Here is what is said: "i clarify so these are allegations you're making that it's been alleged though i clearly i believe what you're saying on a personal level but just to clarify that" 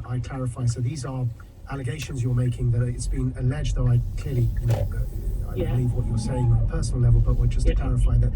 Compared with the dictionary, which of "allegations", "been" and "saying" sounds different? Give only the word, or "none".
none